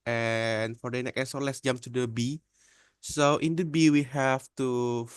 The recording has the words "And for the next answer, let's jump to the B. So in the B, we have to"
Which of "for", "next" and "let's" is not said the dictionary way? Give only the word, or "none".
next